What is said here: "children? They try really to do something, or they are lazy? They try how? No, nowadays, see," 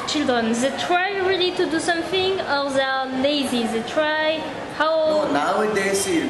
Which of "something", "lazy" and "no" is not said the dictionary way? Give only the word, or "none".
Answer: no